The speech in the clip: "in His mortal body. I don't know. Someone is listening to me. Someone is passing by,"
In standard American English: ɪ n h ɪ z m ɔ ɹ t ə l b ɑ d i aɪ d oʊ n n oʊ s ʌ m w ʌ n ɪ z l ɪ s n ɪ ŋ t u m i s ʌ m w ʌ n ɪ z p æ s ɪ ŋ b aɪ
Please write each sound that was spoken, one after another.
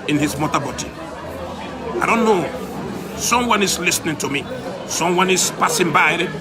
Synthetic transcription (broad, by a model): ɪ n h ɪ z m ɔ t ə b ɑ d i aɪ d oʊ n n oʊ s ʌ m w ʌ n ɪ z l ɪ s n ɪ ŋ t u m i s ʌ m w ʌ n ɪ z p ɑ s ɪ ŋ b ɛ